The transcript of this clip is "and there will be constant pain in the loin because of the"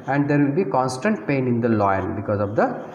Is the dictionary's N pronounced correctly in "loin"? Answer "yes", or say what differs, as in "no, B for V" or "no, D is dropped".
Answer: no, L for N